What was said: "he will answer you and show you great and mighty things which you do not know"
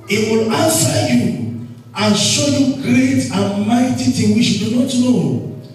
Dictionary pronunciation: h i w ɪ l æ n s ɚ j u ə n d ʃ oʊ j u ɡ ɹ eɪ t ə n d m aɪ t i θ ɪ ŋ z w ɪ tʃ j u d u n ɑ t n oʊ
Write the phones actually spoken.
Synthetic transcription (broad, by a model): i w ɪ l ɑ n s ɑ j u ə n ʃ oʊ j u ɡ ɹ eɪ t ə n m aɪ t i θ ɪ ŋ w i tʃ j u d u n ɑ t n oʊ